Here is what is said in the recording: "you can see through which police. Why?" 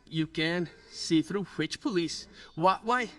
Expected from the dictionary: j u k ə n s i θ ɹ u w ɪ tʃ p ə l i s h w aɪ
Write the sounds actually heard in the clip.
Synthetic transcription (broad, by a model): j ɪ k ə n s i θ ɹ u w ɪ tʃ p ə l i s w w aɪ